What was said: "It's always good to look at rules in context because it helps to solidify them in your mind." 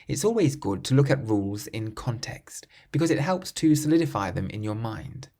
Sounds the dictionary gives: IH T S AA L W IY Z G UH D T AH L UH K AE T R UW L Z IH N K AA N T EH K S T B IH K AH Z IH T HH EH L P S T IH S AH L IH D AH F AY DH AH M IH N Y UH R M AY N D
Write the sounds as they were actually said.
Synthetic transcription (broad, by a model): IH T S AA L W IY Z G UH D T AH L UH K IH T R UW L Z IH N K AA N T EH K S T B IH K AH Z IH T HH EH L P S T IH S AH L IH D AH F AY DH AH M IH N Y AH R M AY N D